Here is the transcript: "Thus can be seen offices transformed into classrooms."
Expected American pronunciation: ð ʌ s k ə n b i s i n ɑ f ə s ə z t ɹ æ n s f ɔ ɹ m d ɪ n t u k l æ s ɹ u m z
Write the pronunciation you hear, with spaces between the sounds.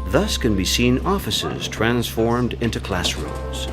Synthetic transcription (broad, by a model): ð ʌ s k ə n b i s i n ɑ f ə s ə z t ɹ æ n s f ɔ ɹ m d ɪ n t u k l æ s ɹ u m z